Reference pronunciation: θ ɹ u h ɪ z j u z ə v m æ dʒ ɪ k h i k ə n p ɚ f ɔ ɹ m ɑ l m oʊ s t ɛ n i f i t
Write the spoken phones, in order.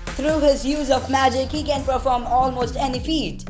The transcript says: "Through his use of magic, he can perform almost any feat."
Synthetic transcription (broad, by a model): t ɹ u h ɪ z j u z ə v m æ dʒ ɪ k h i k ə n p ɚ f ɔ ɹ m ɑ l m oʊ s t ɛ n i f i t